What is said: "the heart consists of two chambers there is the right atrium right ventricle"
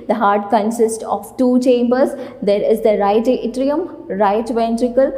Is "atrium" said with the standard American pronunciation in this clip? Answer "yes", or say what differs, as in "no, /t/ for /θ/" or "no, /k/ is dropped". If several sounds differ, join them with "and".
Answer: yes